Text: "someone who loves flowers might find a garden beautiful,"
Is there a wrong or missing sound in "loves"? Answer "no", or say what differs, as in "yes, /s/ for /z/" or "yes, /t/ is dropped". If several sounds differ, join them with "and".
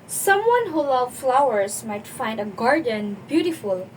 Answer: yes, /z/ is dropped